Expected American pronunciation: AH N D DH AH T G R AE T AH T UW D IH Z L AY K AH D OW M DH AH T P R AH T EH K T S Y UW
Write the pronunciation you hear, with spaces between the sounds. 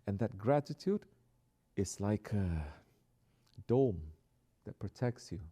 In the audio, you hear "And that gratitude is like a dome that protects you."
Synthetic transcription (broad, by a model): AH N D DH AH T G R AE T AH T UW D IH S L AY K AH D OW M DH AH T P R AH T EH K T S Y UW